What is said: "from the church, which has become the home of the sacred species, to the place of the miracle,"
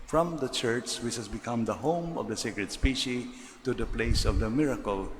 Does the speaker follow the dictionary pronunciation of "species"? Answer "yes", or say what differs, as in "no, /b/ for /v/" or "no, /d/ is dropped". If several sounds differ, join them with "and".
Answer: no, /z/ is dropped